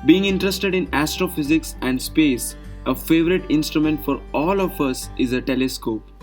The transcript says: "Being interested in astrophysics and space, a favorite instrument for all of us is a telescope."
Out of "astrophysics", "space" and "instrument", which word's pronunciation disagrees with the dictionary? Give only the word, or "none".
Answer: none